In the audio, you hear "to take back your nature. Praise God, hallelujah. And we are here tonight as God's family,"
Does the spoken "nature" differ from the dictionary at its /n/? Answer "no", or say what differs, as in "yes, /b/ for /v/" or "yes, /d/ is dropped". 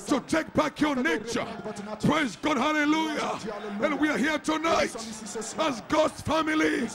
no